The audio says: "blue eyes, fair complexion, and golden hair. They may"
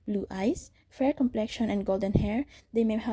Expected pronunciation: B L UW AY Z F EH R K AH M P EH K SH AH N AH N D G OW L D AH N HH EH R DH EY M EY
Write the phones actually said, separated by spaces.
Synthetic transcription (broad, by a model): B L UW AY S F EH R K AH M P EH K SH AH N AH N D G OW L D AH N HH EH R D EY M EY